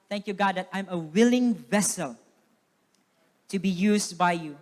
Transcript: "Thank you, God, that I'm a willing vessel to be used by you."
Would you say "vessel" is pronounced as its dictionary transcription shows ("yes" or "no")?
yes